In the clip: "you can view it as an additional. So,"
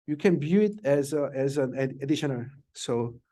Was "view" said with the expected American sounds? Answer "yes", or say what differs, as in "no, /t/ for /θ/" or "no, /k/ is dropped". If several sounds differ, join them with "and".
no, /b/ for /v/